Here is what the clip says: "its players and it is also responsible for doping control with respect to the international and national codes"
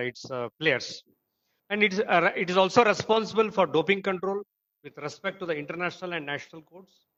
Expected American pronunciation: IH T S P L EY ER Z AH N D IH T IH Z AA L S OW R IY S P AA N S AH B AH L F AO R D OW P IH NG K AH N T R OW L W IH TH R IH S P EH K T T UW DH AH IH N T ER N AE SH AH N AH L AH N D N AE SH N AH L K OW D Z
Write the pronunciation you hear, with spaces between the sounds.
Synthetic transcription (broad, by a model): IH T S P L EY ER S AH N D IH T IH Z AA L S OW R IY S P AA N S AH B AH L F AO R D OW P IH NG K AH N T R OW L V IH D R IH S P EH K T T UW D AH IH N T ER N AE SH AH N AH L AH N D N AE SH N AH L K OW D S